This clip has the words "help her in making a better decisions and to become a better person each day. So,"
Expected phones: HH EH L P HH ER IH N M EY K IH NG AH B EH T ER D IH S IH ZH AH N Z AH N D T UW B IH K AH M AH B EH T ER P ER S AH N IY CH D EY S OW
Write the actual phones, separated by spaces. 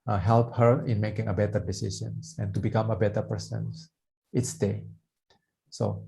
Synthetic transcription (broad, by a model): HH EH L P HH ER IH N M EY K IH NG AH B EH T ER D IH S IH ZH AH N S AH N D T UW B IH K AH M AH B EH T ER P ER S AH N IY S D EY S OW